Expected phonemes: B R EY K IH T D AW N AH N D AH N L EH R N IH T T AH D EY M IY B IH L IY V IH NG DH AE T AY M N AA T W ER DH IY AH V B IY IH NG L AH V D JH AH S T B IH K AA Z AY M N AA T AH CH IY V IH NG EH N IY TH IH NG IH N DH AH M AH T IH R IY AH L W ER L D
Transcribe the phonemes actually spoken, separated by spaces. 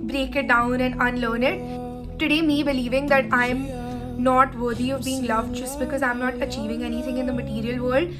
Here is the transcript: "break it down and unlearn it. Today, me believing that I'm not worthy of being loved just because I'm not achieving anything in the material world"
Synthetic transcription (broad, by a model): B R EY K IH T D AW N AH N D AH N L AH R N IH T T AH D EY M IY B IH L IY V IH NG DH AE T AY M N AA T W ER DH IY AH V B IY IH NG L AH V D JH AH S T B IH K AA Z AY M N AA T AH CH IY V IH NG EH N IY T IH NG IH N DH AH M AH T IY R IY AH L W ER L D